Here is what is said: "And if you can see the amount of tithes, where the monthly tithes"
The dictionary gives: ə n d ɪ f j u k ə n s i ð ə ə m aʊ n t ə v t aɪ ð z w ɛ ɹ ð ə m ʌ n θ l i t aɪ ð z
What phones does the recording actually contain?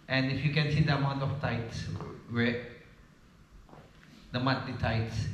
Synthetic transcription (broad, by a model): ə n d ɪ f j u k ə n s i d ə ə m aʊ n t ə f t aɪ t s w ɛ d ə m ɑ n t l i t aɪ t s